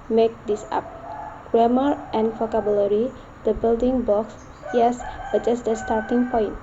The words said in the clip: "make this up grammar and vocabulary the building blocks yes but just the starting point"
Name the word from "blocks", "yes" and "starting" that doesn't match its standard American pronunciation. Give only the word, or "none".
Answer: blocks